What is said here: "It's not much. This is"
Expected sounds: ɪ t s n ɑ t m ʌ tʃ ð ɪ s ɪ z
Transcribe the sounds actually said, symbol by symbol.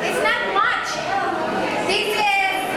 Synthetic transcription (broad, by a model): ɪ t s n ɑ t m ʌ tʃ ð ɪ ɪ